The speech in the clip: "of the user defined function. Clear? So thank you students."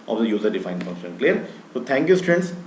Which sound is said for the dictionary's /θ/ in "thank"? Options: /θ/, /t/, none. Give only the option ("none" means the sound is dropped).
/t/